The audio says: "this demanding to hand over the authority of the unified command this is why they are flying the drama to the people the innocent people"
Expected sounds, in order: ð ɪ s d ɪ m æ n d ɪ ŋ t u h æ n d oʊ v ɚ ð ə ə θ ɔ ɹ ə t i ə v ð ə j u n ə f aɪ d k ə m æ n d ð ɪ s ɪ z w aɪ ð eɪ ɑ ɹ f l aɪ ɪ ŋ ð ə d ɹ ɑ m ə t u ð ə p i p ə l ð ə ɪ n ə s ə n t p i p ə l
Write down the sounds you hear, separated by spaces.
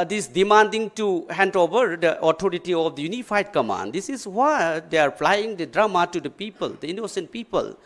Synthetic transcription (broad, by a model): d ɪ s d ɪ m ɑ n d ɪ ŋ t u h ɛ n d oʊ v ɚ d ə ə t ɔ ɹ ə t i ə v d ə j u n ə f aɪ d k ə m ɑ n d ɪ s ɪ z w aɪ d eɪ ɑ ɹ p l aɪ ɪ ŋ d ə d ɹ ɑ m ə t u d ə p i p ə l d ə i n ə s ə n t p i p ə l